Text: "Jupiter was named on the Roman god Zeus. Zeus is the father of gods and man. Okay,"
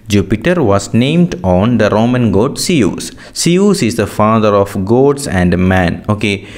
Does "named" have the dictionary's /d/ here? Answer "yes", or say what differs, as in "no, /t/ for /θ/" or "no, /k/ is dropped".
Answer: yes